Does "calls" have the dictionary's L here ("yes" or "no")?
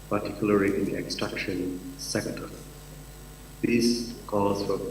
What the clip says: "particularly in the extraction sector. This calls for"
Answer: no